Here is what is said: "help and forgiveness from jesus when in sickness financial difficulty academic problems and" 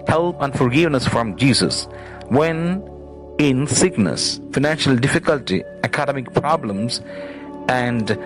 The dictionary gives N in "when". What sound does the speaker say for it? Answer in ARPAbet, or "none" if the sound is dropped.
N